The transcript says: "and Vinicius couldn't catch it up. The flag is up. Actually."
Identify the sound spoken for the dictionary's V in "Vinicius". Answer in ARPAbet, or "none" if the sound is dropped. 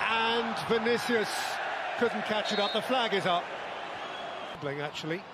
V